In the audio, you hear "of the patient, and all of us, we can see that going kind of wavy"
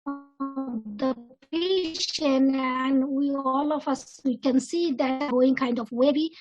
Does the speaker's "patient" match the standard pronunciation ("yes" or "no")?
no